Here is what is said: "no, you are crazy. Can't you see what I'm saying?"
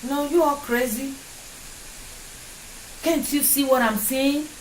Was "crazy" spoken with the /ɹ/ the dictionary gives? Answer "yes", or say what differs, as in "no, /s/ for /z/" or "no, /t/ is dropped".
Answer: yes